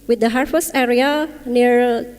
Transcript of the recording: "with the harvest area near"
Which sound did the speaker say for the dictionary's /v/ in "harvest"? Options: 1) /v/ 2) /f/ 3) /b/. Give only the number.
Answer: 2